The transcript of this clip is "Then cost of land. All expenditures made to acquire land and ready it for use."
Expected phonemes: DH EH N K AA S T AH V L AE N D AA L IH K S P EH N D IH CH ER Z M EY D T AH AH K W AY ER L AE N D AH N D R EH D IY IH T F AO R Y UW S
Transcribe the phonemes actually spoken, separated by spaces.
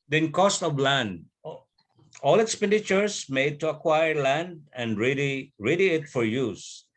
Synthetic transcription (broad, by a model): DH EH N K AA S T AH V L AE N D AA L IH K S P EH N D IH CH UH S M EY D T AH AH K W AY ER L AE N D AH N D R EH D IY IH T F AO R Y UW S